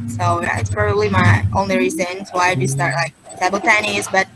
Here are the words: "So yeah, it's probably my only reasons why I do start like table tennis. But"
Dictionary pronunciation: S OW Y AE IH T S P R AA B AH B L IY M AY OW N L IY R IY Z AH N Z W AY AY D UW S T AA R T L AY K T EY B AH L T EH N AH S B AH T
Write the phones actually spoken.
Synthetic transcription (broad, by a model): S OW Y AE IH T S P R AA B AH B L IY M AY OW N L IY R IY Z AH N S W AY AY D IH S T AA R T L AY K S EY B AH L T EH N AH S B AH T